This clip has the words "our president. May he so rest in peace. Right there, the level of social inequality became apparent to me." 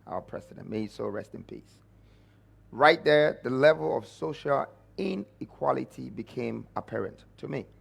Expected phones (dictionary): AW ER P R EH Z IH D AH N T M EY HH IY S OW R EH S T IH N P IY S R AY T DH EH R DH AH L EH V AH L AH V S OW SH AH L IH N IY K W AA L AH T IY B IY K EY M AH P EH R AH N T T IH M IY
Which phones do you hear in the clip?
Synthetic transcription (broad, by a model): AW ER P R EH S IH D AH N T M EY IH S OW R EH S T IH N P IY S R AY T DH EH R DH AH L EH V AH L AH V S OW SH AH L IH N IY K W AA L AH T IY B IY K EY M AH P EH R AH N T T IH M IY